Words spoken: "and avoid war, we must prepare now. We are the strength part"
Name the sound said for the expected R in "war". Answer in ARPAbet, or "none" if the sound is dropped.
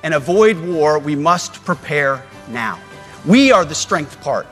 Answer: R